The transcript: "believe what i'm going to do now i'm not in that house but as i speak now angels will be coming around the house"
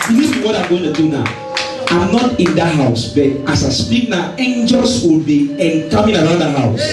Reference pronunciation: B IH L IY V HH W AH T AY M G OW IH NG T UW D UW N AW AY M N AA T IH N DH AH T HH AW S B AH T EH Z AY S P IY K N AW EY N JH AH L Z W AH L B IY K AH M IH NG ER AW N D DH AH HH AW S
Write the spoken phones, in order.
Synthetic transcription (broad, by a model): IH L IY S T W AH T AY M G OW IH NG T UW D UW N AW AY M N AA T IH N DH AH T HH AW S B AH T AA S AY S P IY K N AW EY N JH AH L S W AH L B IY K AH M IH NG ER AW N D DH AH HH AW S